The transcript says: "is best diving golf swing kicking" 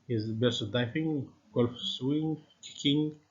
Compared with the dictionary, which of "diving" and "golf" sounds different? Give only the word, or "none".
diving